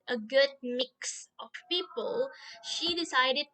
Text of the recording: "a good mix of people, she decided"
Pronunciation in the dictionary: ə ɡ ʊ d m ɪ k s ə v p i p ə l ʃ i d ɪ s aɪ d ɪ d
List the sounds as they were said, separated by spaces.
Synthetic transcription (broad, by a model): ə ɡ ʊ d m ɪ k s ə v p i p ə l ʃ i d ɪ s aɪ d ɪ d